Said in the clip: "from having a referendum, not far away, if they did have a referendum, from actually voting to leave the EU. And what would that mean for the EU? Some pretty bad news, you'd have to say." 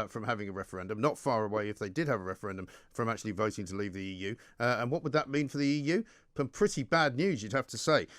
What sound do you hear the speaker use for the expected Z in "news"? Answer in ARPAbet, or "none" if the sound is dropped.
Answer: Z